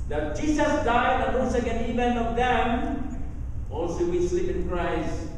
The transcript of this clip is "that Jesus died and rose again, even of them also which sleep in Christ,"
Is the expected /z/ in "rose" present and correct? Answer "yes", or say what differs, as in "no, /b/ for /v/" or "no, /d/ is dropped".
no, /s/ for /z/